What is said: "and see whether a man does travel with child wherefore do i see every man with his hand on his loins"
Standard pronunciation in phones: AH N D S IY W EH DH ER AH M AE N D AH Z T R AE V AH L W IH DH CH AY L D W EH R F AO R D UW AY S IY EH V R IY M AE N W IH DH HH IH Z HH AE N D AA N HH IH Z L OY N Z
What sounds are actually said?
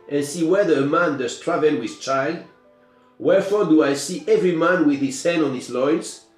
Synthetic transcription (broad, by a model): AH N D S IY W EH DH ER AH M AE N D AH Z T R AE V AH L W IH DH CH AY L D W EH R F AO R D UW AY S IY EH V R IY M AE N W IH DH HH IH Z HH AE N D AA N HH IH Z L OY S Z